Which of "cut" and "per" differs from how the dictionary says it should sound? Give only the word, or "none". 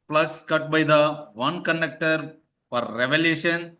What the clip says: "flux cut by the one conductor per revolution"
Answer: per